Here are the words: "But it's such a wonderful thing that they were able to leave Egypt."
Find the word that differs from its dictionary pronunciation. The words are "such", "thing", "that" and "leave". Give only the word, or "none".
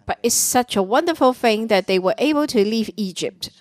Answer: none